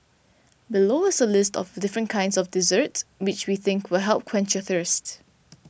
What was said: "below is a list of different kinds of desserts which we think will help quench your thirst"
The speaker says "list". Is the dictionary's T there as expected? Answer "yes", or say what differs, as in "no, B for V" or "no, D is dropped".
yes